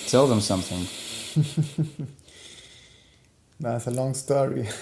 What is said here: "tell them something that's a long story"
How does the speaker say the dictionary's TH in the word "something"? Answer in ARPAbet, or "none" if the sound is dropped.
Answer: TH